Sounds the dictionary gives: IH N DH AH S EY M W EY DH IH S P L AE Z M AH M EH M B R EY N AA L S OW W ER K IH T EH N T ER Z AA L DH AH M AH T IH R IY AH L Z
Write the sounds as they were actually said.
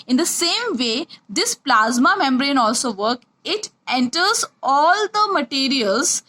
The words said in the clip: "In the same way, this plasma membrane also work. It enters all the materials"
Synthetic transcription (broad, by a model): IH N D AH S EY M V EY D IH S P L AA Z M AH M EH M B R EY N AA L S OW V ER K IH T EH N T ER Z AA L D AH M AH T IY R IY AH L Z